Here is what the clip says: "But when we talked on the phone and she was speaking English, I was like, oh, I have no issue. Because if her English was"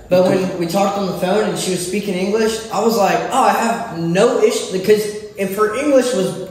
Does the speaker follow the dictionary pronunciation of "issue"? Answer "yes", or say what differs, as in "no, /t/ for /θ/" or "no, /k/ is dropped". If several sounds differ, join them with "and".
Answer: yes